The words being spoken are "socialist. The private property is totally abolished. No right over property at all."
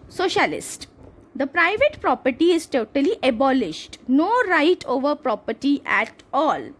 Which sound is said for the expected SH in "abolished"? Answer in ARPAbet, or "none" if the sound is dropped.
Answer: SH